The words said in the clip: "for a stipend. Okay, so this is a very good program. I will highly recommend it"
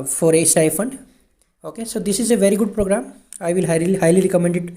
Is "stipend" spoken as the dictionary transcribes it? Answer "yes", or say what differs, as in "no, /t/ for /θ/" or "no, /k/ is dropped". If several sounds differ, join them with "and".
no, /f/ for /p/